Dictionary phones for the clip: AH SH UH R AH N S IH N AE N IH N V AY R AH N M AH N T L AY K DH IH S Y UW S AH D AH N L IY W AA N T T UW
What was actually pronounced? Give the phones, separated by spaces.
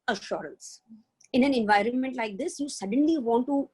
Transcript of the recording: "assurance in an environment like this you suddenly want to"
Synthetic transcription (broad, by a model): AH SH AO R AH N S IH N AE N IH N V AY R AH N M AH N T L AY K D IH S Y UW S AH D AH N L IY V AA N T T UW